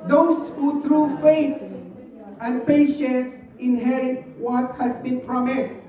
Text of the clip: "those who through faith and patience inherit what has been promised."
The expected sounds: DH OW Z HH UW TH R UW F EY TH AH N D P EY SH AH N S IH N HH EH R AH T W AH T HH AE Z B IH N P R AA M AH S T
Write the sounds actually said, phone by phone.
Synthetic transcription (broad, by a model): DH OW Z HH UW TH R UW F EY S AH N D P EY SH AH N S IH N HH EH R AH T W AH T HH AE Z B IH N P R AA M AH S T